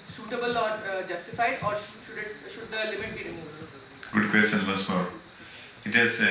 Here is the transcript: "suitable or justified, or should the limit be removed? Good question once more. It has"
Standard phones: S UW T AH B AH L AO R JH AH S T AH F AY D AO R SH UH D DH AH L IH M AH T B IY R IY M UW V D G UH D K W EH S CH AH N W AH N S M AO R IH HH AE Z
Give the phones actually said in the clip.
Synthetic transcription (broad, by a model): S UW T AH B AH L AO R JH AH S T AH F AY D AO R SH UH D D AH L IH M AH T B IY R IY M UW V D G UH D K W EH S CH AH N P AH S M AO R IH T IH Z